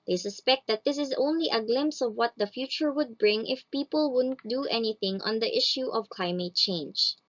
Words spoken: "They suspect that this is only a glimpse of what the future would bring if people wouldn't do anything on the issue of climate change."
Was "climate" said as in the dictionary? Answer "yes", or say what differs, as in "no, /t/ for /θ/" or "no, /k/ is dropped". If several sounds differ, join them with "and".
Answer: yes